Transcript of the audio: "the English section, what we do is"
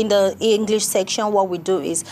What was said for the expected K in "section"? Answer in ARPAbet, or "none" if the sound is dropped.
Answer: K